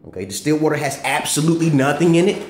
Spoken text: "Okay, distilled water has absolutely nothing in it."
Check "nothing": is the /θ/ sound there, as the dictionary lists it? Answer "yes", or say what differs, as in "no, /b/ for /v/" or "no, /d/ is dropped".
yes